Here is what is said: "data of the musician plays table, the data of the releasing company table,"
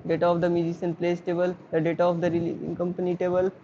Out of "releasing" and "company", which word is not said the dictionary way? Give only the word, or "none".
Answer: releasing